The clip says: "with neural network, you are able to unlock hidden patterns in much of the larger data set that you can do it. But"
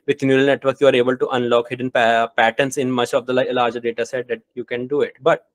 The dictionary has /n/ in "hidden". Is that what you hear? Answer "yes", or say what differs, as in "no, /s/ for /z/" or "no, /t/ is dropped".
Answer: yes